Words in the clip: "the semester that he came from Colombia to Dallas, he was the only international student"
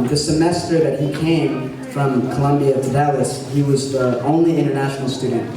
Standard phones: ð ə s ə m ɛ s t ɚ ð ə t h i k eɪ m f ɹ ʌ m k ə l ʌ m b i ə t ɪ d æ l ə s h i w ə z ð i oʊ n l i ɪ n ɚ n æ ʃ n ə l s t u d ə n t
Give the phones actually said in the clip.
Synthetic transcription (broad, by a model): ð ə s ə m ɛ s t ɚ ð ə t h i k eɪ m f ɹ ʌ m k ə l ʌ m b i ə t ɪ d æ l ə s h i w ə z ð i oʊ n l i ɪ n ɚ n æ ʃ n l s t u d n t